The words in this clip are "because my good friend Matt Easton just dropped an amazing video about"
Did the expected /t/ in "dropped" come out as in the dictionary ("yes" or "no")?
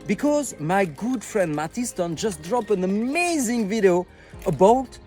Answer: no